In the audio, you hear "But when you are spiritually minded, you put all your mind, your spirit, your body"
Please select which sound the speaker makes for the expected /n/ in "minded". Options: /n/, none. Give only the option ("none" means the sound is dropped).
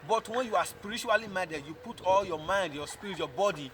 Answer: none